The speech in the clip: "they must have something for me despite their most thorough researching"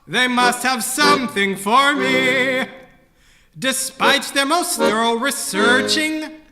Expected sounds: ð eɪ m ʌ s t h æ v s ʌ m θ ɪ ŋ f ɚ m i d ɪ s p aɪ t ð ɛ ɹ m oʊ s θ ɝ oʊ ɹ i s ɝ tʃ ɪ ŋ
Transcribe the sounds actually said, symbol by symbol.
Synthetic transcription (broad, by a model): ð eɪ m ʌ s t h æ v s ʌ m θ ɪ ŋ f ɚ m i d ɪ s p aɪ t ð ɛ ɹ m oʊ s t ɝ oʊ ɹ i s ɝ tʃ ɪ ŋ